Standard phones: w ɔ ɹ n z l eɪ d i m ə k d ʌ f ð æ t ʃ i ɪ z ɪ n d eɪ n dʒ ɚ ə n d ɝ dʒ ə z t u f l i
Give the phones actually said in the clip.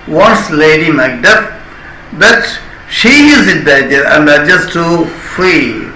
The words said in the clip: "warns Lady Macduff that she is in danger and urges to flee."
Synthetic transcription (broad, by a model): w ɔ n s l eɪ d i m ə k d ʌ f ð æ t ʃ i ɪ z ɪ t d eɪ dʒ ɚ ə n d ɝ dʒ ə s t u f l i